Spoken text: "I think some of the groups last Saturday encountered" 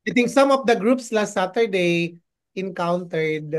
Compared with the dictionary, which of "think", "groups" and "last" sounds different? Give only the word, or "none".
think